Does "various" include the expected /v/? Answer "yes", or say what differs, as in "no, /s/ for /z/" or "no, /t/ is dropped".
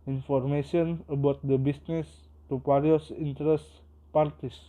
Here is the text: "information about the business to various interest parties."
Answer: no, /p/ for /v/